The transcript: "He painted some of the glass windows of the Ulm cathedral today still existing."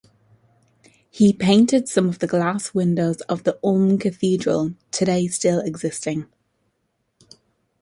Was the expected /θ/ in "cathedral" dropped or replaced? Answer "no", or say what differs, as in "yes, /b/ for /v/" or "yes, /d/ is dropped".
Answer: no